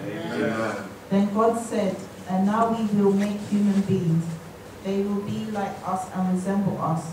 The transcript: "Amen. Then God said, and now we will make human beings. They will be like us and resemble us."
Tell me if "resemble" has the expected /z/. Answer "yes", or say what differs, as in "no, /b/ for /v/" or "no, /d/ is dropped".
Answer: yes